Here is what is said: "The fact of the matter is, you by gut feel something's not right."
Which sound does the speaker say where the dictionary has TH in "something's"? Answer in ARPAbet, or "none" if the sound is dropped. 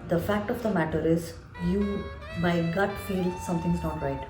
T